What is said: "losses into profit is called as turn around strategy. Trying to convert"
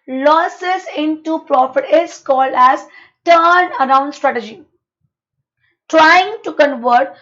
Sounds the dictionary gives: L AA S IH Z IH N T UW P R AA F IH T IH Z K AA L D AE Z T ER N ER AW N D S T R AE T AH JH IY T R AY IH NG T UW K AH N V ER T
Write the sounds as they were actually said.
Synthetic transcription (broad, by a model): L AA S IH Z IH N T UW P R AA F IH T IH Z K AA L D AE Z T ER N ER AW N D S T R AE T AH JH IY T R AY IH NG T UW K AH N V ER T